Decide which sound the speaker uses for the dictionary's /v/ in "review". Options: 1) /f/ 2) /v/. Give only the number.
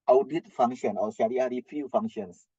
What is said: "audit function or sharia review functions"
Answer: 1